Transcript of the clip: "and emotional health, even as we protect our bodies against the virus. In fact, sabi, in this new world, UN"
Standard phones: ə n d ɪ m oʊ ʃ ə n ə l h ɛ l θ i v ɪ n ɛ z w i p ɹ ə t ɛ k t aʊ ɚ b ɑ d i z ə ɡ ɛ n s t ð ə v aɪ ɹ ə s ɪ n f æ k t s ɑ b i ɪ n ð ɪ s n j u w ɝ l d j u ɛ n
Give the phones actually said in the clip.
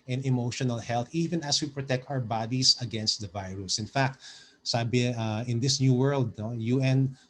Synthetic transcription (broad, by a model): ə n ɪ m oʊ ʃ ə n ə l h ɛ l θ i v ɪ n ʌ s w i p ɹ ə t ɛ k t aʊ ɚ b ɑ d i s ə ɡ ɛ n s t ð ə v aɪ ɹ ə s ɪ n f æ k t s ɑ b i ɪ n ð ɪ s n j u w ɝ l d j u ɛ n